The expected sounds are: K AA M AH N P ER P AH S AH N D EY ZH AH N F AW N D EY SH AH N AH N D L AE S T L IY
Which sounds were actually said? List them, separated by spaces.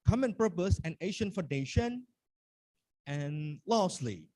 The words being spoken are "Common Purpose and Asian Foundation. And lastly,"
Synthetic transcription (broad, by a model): K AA M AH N P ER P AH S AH N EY SH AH N F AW N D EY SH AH N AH N L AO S L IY